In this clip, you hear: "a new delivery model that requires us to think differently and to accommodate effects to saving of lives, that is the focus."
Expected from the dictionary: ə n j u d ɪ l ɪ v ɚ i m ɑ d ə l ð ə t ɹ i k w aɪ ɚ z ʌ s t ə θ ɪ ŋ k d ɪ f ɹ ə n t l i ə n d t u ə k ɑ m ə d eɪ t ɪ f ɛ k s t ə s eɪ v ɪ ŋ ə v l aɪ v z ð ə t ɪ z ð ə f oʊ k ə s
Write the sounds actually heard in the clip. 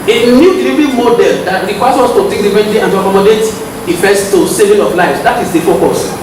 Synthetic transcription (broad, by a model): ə n j u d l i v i m ɑ d ə l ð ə t ɹ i k w aɪ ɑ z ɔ s t ə t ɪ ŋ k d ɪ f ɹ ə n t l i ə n t u ə k ɑ m ə d eɪ t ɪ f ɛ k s t ə s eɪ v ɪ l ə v l aɪ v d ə t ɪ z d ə f oʊ k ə s